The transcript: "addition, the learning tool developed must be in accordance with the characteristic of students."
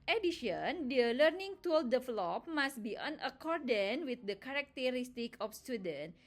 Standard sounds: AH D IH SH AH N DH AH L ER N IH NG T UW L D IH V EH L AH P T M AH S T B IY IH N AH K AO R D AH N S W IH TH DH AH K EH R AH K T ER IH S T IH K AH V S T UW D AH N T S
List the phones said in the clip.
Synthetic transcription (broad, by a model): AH D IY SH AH N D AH L ER N IH NG T UW L D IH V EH L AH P M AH S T B IY IH N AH K AO R D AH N W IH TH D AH K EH R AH K T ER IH S T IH K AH F S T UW D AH N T